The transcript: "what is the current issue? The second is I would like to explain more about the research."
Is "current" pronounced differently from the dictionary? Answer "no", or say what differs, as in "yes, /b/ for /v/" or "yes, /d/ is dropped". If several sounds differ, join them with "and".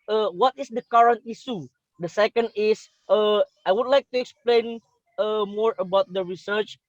no